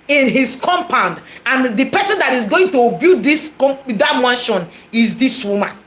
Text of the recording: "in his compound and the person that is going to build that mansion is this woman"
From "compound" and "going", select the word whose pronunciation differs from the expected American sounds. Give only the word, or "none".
none